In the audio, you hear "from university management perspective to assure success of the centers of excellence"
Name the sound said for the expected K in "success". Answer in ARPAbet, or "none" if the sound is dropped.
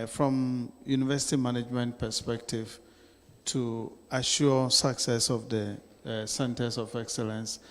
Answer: K